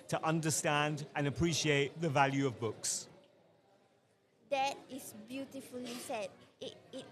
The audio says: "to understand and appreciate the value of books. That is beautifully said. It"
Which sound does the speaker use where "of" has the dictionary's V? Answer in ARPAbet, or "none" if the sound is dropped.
V